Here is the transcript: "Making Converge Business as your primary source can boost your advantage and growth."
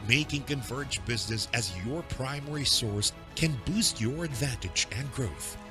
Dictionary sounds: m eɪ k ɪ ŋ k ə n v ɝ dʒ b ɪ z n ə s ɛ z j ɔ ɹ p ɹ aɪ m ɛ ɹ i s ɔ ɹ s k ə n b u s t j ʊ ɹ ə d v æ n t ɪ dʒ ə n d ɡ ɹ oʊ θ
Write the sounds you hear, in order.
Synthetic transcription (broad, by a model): m eɪ k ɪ ŋ k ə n v ɝ dʒ b ɪ z n ə s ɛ z j ɔ ɹ p ɹ aɪ m ɛ ɹ i s ɔ ɹ s k ə n b u s t j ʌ ɹ ə d v æ n t ɪ dʒ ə n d ɡ ɹ oʊ θ